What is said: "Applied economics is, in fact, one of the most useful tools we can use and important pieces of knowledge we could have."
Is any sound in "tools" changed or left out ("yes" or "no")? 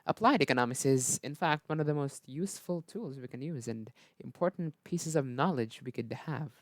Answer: no